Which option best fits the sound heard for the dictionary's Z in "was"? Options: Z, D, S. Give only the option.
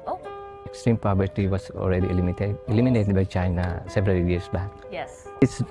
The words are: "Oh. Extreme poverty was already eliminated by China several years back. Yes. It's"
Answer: S